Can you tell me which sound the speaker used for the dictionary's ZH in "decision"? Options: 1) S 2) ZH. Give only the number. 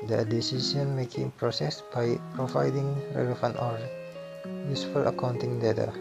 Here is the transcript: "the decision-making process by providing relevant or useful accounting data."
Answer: 1